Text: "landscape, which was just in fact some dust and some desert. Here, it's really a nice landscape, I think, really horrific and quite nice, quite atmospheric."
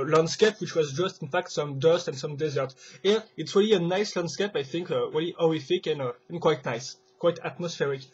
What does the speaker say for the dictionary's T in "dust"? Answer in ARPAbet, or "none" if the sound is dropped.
T